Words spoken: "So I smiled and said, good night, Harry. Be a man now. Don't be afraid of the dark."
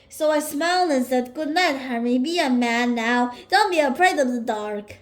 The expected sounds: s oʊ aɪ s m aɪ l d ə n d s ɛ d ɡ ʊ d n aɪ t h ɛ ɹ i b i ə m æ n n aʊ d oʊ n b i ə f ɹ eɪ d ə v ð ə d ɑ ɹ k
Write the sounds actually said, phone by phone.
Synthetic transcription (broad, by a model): s oʊ aɪ s m aɪ l d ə n s ɛ d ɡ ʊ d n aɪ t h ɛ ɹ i b i ə m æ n n aʊ d oʊ n b i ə p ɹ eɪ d ə v ð ə d ɑ ɹ k